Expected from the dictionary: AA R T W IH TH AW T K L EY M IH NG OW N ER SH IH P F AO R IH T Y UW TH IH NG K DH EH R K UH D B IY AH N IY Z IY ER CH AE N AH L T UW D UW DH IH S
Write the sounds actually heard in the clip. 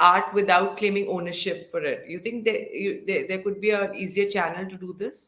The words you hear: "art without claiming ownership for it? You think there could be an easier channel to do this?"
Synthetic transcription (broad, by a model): AA R T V IH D AW T K L EY M IH NG OW N ER SH IH P F AO R IH T Y UW T IH NG K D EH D K UH D B IY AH IY Z IY ER CH AE N AH L T UW D UW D IH S